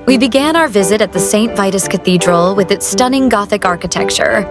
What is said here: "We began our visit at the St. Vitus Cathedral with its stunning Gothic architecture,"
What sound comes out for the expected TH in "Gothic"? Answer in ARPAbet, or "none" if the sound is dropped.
TH